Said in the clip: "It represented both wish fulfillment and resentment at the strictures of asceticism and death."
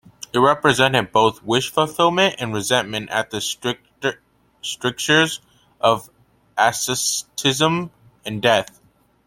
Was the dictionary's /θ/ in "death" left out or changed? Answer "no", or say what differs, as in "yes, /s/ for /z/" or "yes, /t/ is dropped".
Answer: no